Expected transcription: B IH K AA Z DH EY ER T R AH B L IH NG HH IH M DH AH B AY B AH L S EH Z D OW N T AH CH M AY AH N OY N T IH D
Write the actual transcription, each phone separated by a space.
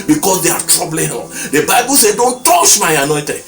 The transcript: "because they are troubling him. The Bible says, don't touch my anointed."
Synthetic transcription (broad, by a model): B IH K AA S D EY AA T R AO B L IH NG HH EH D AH B AY B AH L S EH D OW N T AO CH M AY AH N OY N T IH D